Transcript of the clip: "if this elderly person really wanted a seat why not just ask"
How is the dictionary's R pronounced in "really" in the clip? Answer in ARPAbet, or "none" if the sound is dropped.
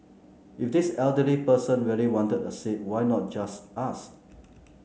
W